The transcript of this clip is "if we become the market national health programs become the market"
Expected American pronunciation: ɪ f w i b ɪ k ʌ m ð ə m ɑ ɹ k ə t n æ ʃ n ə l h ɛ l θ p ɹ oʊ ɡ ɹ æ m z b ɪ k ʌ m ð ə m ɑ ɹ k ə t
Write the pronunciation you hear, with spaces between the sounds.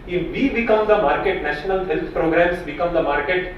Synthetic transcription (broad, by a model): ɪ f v i b ɪ k ʌ m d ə m ɑ ɹ k ə t n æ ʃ n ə l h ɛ l t p ɹ oʊ ɡ ɹ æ m s b ɪ k ʌ m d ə m ɑ ɹ k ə t